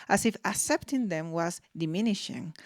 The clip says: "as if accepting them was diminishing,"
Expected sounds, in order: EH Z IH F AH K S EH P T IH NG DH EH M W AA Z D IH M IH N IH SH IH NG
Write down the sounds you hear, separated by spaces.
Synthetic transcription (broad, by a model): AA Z IH F AH K S EH P T IH NG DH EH M W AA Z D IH M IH N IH SH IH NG